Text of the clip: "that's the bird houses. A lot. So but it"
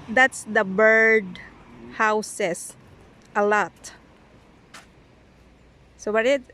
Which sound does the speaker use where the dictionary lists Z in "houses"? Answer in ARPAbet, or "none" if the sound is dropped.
S